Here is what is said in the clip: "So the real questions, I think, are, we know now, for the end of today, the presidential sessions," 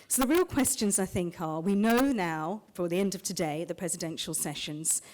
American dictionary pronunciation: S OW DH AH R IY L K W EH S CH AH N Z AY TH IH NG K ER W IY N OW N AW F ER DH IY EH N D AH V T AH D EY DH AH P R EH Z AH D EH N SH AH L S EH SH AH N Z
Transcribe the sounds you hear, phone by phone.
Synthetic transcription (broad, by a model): S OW DH AH R IY L K W EH S CH AH N Z AY TH IH NG K ER W IY N OW N AW F ER DH IY EH N D AH V T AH D EY DH AH P R EH Z AH D EH N SH AH L S EH SH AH N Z